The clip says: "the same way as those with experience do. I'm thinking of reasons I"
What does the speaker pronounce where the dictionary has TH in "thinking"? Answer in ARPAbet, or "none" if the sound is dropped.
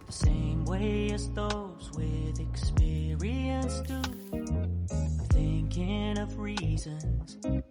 TH